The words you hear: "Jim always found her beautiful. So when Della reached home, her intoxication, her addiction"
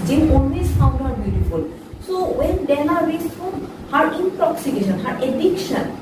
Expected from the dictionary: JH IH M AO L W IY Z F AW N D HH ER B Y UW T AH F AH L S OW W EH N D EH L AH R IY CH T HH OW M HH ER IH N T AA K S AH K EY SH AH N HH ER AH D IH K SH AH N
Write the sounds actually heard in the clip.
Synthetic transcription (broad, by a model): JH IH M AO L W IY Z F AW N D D B Y UW T AH F AH L S OW W EH N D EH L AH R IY S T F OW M HH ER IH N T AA K S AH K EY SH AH N HH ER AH D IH K SH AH N